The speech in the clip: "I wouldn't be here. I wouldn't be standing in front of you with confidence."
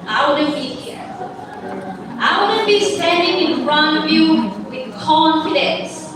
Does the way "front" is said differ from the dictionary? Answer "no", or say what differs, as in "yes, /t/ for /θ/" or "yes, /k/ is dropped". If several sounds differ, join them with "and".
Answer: yes, /t/ is dropped